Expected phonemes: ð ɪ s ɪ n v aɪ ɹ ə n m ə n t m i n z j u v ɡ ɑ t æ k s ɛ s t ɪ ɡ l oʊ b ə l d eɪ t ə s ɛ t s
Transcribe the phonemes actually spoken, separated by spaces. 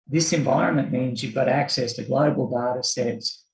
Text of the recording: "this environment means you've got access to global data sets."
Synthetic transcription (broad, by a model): ð ɪ s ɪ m v aɪ ɹ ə n m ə n m i n z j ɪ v ɡ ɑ t æ k s ɛ s t ɪ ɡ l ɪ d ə l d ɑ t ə s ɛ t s